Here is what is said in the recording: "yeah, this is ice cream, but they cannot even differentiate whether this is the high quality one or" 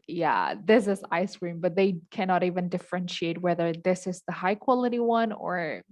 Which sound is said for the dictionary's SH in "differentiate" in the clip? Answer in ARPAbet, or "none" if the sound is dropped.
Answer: SH